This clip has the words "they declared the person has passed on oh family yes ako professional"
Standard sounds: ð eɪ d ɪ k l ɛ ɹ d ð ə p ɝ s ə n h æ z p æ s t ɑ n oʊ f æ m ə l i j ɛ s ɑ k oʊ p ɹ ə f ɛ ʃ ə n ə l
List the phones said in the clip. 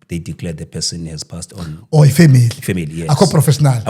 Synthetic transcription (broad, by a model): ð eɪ d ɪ k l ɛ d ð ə p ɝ s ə n h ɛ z p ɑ s t ɑ n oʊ f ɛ m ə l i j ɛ ɑ k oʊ p ɹ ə f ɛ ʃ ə n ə l